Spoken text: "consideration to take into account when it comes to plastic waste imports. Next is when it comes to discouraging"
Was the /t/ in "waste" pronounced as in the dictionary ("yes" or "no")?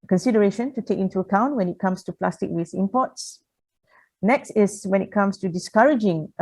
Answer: no